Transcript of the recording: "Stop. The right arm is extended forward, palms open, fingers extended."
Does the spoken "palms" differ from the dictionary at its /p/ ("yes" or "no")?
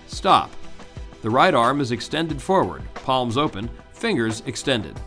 no